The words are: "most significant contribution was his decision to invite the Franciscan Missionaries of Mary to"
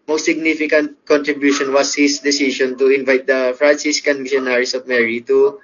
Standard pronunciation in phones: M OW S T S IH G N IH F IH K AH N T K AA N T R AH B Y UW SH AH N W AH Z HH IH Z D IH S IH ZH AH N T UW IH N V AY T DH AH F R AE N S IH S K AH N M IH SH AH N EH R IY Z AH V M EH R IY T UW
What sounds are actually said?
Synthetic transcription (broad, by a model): M OW S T S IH G N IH F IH K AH N T K AA N T R AH B Y UW SH AH N W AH S HH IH S D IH S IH SH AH N T UW IH N V AY T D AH F R AE N S IH S K AH N M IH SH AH N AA R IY S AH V M EH R IY T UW